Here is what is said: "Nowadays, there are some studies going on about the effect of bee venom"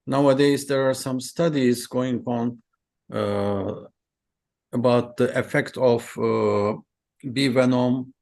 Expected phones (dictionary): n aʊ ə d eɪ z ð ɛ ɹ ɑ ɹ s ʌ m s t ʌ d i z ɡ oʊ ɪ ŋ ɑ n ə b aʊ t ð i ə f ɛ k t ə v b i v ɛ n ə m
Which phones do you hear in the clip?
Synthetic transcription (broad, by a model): n aʊ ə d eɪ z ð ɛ ɹ ɑ ɹ s ʌ m s t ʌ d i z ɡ oʊ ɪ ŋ ɑ n ə b aʊ t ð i ə f ɛ k t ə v b i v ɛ n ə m